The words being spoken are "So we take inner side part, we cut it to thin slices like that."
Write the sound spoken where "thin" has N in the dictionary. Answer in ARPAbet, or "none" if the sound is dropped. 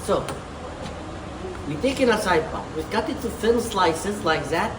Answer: L